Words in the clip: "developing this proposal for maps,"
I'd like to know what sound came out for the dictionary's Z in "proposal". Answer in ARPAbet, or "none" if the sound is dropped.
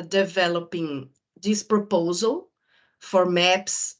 Z